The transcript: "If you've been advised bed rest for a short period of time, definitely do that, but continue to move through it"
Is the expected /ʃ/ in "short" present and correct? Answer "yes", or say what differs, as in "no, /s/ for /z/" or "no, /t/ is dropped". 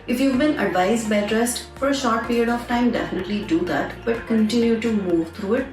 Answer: yes